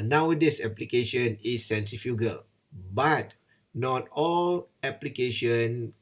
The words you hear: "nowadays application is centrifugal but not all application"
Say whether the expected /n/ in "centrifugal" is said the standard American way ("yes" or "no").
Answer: yes